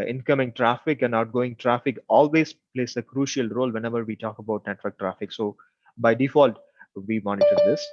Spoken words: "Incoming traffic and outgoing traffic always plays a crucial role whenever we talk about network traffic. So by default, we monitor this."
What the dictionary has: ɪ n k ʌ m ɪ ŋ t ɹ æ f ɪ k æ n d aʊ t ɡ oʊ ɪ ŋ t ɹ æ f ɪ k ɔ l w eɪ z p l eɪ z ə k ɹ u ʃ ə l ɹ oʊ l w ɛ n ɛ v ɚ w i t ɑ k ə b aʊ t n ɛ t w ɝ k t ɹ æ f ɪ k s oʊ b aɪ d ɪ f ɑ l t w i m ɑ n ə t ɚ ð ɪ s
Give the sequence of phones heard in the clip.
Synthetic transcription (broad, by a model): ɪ n k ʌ m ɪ ŋ t ɹ æ f ɪ k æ n d aʊ t ɡ oʊ ɪ ŋ t ɹ æ f ɪ k ɔ l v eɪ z p l eɪ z ə k ɹ u ʃ ə l ɹ oʊ l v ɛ n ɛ v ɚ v i t ɑ k ə b aʊ t n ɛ t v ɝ k t ɹ æ f ɪ k s oʊ b aɪ d ɪ f ɑ l t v i m ɑ n ə t ɚ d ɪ s